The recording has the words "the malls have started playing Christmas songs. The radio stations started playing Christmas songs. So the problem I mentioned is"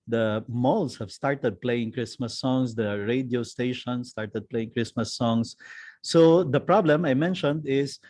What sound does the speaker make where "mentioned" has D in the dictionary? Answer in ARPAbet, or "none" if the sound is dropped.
D